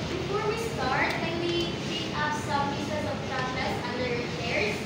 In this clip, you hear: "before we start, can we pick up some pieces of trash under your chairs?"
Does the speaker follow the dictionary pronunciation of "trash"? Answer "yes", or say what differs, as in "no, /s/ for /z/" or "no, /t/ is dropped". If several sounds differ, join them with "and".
no, /s/ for /ʃ/